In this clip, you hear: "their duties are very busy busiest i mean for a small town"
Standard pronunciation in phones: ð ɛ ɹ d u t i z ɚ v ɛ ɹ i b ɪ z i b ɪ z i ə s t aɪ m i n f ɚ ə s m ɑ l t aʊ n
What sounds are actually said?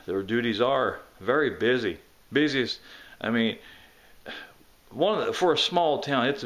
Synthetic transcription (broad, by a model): ð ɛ ɹ d u t i z ɚ v ɛ ɹ i b ɪ z i b ɪ z i ə s t aɪ m i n f ɚ ə s m ɑ l t aʊ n